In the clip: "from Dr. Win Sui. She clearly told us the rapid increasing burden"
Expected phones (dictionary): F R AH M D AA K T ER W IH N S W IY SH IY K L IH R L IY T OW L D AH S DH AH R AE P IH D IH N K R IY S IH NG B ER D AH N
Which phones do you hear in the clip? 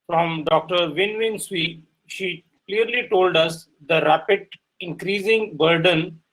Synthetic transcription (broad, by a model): F R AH M D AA K T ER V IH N S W IY SH IY K L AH R L IY T OW L D AH S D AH R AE P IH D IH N K R IY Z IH NG B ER D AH N